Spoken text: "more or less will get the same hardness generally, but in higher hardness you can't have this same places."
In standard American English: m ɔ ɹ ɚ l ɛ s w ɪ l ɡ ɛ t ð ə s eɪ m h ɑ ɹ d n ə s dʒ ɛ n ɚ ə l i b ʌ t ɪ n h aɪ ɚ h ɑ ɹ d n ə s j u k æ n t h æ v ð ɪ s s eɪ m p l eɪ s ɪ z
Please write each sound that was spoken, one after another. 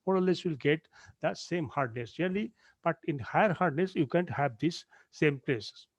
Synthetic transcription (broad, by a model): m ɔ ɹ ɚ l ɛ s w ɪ l ɡ ɛ t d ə s eɪ m h ɑ ɹ d n ə s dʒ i ɚ l i b ʌ t ɪ n h aɪ ɚ h ɑ ɹ d n ə s j u k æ n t h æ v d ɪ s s eɪ m p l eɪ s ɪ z